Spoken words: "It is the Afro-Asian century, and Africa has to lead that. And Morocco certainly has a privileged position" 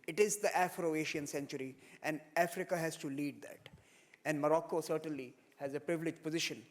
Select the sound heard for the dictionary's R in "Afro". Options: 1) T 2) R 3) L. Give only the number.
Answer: 2